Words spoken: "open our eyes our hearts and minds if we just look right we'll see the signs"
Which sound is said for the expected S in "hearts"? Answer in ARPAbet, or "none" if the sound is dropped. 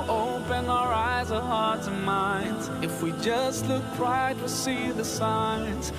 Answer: none